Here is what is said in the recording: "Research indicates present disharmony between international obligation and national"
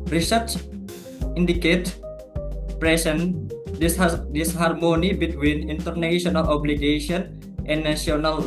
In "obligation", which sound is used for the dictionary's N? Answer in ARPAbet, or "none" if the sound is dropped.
none